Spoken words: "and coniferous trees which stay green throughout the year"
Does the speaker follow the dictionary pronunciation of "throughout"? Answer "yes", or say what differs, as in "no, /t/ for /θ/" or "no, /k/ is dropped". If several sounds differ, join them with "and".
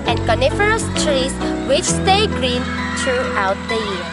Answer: no, /t/ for /θ/